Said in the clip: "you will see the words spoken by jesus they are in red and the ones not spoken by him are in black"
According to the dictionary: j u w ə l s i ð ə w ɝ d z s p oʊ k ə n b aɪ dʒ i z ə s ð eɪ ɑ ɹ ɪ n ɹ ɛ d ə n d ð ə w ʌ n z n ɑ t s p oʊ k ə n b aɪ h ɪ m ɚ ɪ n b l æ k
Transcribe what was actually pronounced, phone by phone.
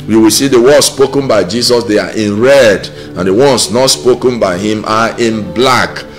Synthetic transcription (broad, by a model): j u w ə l s i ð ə w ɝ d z s p oʊ k ə n b aɪ dʒ i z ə s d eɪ ɑ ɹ ɪ n ɹ ɛ d ə n d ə w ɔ n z n ɑ t s p oʊ k ə n b aɪ h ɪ m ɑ ɪ n b l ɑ k